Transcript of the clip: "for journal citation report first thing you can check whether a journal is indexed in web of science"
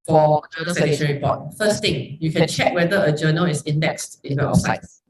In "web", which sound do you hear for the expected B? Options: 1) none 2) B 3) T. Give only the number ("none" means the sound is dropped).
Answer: 1